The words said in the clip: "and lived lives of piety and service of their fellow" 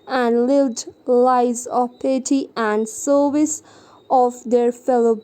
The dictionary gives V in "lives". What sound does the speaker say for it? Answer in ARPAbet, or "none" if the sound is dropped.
none